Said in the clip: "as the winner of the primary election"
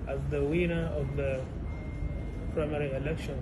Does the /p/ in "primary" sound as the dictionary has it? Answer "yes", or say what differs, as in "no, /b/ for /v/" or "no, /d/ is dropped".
yes